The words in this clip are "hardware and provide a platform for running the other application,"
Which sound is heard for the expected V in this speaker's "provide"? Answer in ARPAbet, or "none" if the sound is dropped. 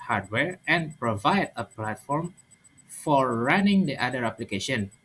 V